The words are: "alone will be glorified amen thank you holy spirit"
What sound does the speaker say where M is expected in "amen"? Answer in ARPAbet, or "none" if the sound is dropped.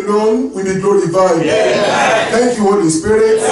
none